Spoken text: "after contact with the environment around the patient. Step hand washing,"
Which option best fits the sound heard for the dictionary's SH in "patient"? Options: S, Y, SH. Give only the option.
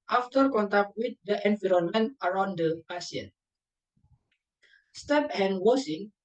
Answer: S